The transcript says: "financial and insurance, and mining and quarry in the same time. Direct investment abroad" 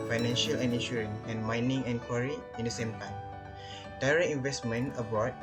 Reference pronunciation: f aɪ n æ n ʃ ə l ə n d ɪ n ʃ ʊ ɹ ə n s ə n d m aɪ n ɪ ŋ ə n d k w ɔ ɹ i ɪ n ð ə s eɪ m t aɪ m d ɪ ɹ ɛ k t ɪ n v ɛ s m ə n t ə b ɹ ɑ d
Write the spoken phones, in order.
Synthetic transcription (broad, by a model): f aɪ n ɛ n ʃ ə l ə n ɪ n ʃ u ɹ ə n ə n m aɪ n ɪ ŋ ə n k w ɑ ɹ i ɪ n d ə s eɪ m t aɪ m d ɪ ɹ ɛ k ɪ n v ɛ s m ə n ə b ɑ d